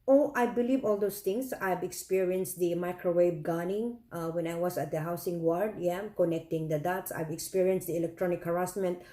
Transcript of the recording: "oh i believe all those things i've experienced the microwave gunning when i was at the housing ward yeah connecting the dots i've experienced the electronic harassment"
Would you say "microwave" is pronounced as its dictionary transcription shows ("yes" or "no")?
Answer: no